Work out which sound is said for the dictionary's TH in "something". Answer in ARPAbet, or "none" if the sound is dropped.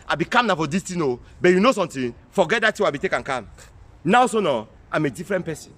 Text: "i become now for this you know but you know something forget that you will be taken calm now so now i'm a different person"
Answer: T